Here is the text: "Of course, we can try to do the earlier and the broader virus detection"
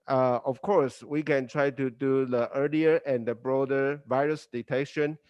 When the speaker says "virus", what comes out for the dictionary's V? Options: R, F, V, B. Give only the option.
V